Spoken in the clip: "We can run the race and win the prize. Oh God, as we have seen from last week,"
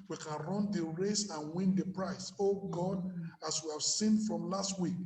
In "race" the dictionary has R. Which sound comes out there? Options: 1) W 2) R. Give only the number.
2